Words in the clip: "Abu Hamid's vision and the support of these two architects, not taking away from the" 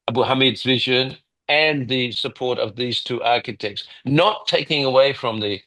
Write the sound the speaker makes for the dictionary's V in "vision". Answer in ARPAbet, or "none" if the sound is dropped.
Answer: V